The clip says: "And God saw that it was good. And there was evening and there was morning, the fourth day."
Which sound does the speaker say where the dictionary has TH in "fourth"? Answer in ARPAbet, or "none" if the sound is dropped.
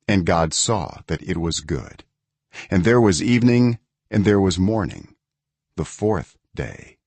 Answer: TH